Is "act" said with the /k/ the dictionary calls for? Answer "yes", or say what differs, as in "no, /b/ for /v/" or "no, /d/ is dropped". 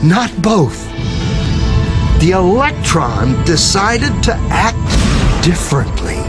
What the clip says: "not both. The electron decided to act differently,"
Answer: yes